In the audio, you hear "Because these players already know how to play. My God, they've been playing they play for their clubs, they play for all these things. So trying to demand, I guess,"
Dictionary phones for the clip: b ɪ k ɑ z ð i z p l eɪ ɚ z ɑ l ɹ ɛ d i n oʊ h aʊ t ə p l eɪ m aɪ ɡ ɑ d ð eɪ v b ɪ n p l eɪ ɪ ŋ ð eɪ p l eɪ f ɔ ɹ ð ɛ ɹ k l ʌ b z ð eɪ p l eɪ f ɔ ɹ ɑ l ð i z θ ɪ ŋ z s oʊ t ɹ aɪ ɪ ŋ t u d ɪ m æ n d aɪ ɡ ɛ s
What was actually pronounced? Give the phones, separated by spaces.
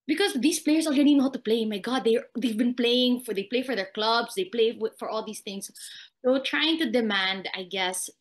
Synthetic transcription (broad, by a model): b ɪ k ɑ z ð i s p l eɪ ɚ s ɑ l ɹ ɛ d i n oʊ h aʊ t ə p l eɪ m aɪ ɡ ɑ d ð eɪ v b ɪ n p l eɪ ɪ ŋ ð eɪ p l eɪ f ɔ ɹ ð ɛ ɹ k l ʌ b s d eɪ p l eɪ f ɔ ɹ ɑ l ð i s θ ɪ ŋ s s oʊ t ɹ aɪ ɪ ŋ t u d ɪ m æ n d aɪ ɡ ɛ s